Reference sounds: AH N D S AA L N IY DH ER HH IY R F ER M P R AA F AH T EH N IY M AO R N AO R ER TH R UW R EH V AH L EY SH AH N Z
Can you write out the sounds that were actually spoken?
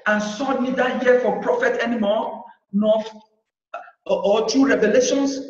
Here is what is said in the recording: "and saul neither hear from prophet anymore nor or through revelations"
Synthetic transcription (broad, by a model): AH N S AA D N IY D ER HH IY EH F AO P R AA F AH T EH N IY M AO N AO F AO T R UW R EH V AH L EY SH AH N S